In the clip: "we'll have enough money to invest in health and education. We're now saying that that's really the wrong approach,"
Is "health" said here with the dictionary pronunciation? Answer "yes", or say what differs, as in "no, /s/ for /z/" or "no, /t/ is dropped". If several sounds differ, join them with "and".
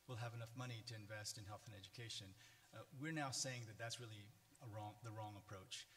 yes